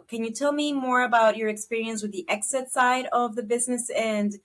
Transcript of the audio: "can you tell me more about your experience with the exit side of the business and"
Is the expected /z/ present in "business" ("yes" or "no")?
yes